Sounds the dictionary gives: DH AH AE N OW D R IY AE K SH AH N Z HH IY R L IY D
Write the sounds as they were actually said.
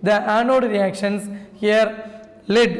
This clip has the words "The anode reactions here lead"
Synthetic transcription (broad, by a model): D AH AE N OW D R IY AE K SH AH N S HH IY R L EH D